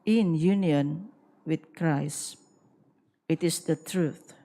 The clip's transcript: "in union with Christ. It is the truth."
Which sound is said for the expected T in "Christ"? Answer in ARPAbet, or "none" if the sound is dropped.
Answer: none